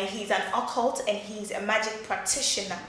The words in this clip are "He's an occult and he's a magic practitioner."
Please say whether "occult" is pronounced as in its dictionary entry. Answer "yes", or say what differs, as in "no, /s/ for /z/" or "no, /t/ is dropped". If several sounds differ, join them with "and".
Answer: yes